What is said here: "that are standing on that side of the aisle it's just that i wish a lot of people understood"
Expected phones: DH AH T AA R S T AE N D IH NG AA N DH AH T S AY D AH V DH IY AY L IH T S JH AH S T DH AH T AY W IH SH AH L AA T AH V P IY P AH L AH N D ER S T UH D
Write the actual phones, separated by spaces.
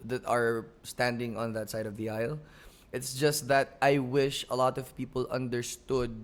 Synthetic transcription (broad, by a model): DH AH T AA R S T AE N D IH NG AA N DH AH T S AY D AH V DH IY AY L IH T S JH AH S T DH AH T AY W IH SH AH L AA T AH V P IY P AH L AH N D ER S T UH D